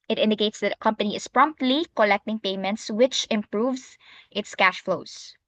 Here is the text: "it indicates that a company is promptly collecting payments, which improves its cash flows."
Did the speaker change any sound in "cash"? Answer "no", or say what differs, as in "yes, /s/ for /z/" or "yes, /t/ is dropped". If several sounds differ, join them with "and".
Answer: no